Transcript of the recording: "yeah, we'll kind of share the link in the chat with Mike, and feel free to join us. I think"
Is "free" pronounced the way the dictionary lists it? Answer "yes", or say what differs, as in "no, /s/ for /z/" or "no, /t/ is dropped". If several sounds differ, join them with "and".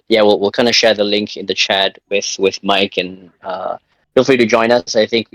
no, /l/ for /ɹ/